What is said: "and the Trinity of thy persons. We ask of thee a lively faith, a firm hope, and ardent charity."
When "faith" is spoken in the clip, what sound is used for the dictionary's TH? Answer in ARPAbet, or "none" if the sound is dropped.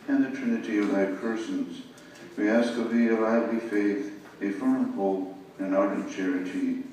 TH